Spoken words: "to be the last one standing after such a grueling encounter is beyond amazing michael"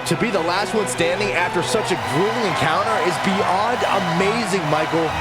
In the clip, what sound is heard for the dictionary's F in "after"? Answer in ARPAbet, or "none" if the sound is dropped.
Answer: F